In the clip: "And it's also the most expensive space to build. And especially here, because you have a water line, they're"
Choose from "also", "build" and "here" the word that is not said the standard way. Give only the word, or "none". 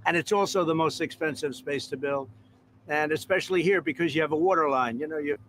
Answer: build